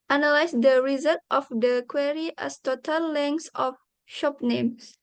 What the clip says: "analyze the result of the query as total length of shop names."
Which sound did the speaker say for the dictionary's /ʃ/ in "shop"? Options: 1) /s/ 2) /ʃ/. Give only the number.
2